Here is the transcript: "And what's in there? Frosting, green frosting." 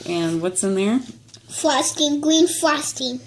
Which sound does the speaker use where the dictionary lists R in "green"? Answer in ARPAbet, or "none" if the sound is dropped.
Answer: L